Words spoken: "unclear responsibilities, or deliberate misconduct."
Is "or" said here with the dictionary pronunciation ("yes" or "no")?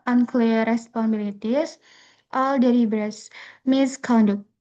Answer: no